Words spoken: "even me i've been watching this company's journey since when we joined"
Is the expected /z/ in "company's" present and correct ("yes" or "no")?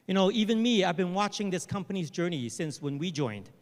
yes